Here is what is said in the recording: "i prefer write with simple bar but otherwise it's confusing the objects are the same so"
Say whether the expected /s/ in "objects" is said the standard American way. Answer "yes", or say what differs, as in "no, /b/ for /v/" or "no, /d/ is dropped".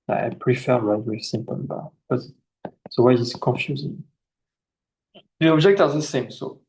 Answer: no, /s/ is dropped